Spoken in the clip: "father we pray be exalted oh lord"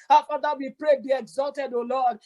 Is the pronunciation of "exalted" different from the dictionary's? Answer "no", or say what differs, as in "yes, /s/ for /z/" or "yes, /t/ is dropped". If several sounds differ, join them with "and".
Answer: no